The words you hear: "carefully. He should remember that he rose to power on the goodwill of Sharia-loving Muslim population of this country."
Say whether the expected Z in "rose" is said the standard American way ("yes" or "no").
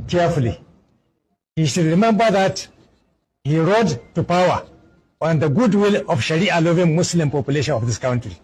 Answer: no